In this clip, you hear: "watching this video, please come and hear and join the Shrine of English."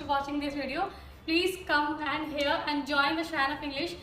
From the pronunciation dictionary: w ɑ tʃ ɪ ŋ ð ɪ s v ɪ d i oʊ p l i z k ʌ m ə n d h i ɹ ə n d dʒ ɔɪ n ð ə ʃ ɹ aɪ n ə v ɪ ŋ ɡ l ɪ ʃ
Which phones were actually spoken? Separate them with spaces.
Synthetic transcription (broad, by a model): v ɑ tʃ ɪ ŋ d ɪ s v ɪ d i oʊ p l i z k ʌ m ə n d h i ɹ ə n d dʒ ɔɪ n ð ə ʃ aɪ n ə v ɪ ŋ ɡ l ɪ ʃ